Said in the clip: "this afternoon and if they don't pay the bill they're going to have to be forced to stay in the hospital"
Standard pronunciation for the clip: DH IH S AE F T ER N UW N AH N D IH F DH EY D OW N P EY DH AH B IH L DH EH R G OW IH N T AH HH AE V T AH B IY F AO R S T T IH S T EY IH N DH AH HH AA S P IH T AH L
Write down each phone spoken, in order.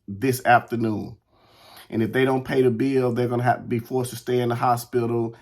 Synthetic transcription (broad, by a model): DH IH S AE F T ER N UW N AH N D IH F DH EY D OW N P EY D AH B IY L DH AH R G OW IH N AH HH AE F T AH B IY F AO R S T T IH S T EY IH N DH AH HH AA S P IH T L